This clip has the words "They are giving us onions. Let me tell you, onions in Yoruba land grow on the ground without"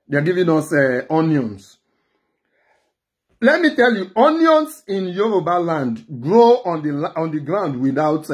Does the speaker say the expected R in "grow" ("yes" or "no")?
yes